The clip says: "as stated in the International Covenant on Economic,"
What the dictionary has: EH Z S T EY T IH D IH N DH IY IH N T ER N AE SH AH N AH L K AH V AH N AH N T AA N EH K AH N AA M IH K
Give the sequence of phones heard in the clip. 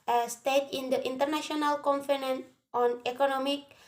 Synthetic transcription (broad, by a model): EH S T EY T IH D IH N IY N T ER N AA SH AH N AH L K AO F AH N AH N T AA N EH K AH N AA M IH K